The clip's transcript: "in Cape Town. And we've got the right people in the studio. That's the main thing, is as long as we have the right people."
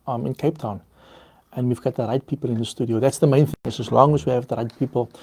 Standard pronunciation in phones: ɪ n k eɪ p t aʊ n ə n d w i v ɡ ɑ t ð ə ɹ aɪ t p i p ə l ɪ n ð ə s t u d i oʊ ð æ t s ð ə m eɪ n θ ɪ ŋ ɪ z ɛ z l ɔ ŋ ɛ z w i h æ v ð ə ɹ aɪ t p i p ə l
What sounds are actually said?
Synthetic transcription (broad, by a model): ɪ n k eɪ p t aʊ n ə n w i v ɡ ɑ t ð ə ɹ aɪ t p i p ə l ɪ n ð ə s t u d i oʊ ð æ t s ð ə m eɪ n θ ɪ ŋ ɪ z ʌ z l ɔ ŋ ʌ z w i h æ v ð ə ɹ aɪ t p i p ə l